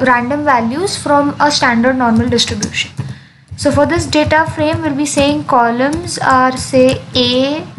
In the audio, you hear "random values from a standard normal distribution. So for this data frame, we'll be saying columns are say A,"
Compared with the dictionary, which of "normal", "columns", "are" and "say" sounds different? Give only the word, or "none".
none